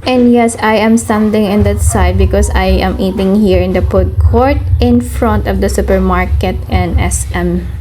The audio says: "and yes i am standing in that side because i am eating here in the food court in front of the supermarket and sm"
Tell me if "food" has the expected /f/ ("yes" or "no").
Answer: no